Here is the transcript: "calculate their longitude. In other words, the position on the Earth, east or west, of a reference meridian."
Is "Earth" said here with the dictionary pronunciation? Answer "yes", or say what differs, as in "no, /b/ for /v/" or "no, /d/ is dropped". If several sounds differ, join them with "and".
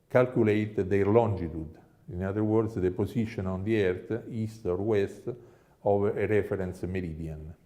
no, /t/ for /θ/